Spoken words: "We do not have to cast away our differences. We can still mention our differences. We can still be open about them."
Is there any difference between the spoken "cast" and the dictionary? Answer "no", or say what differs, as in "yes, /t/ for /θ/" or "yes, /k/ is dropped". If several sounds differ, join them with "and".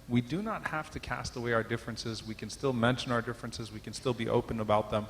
no